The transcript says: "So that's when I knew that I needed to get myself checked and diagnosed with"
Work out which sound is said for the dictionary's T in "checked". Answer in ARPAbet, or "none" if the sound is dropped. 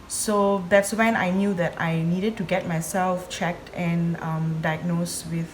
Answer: T